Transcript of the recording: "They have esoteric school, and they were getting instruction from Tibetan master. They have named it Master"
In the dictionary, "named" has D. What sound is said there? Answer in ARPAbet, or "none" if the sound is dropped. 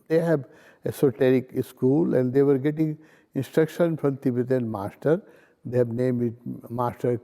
none